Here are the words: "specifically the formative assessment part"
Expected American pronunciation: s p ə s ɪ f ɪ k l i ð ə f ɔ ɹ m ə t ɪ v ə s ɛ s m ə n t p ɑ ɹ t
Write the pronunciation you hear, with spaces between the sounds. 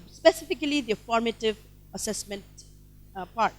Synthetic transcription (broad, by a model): s p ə s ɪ f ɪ k l i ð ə f ɔ ɹ m ə t ɪ v ə s ɛ s m ə n t p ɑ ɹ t